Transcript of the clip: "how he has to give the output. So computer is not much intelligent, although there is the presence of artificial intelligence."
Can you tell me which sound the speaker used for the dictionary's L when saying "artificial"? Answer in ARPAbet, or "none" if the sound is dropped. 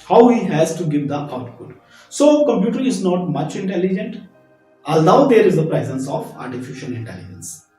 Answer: N